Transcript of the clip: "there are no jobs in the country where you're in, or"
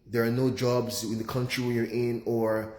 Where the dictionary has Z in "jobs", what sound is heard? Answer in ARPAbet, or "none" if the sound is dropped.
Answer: Z